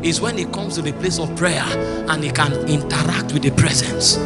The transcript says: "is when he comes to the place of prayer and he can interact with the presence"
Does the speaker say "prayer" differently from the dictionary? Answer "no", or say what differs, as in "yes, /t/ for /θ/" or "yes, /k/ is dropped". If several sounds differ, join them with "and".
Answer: no